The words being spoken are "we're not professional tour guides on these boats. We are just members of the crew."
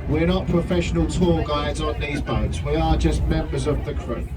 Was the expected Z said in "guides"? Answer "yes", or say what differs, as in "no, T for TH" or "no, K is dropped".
yes